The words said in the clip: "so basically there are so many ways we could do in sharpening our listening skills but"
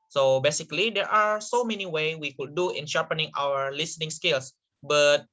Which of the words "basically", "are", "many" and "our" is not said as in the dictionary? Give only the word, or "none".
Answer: none